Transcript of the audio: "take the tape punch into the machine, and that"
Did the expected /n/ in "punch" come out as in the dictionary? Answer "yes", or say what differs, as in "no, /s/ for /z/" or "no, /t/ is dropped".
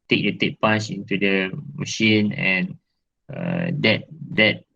no, /n/ is dropped